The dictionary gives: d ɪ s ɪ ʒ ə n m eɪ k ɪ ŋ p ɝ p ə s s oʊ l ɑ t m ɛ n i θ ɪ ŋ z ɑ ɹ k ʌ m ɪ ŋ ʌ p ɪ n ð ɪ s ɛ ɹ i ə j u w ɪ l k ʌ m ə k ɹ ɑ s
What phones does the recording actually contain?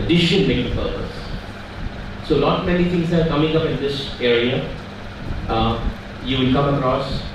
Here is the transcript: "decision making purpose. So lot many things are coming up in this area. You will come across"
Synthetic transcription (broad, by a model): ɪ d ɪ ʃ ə n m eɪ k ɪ p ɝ p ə s s oʊ n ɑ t m ɛ n i t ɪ ŋ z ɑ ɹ k ʌ m ɪ ŋ ʌ p ɪ n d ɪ s ɛ ɹ i ə j u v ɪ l k ʌ m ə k ɹ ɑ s